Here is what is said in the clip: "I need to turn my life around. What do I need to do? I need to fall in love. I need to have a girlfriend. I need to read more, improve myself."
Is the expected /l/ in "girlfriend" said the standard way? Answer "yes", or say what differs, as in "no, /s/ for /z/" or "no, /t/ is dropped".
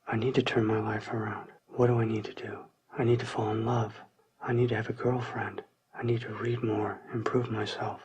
yes